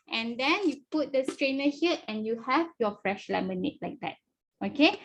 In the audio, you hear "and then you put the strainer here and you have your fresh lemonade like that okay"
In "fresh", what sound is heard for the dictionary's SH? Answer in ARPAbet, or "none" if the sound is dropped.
SH